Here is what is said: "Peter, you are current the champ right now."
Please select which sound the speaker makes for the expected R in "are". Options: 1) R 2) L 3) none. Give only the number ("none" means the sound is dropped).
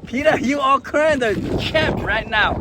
2